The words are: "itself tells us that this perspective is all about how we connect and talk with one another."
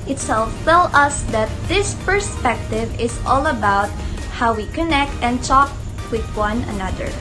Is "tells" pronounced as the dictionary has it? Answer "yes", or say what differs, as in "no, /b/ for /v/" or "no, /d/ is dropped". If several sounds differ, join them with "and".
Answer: no, /z/ is dropped